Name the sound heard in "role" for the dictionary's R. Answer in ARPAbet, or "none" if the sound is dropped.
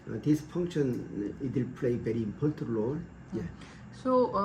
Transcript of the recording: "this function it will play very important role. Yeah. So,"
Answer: L